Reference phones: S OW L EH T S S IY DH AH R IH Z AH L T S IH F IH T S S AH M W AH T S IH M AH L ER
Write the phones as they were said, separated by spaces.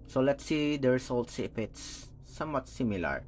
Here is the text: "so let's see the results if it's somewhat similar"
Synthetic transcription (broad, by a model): S OW L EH T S S IY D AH R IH S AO L T S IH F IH T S S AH M W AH T S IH M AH L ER